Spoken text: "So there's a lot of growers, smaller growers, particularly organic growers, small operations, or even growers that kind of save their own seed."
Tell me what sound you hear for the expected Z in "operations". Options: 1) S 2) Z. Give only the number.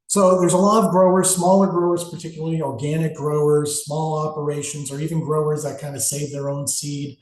2